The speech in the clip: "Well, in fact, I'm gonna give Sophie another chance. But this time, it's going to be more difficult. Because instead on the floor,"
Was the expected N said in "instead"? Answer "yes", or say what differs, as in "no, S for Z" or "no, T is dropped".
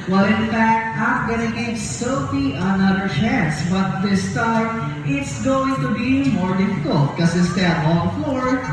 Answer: no, N is dropped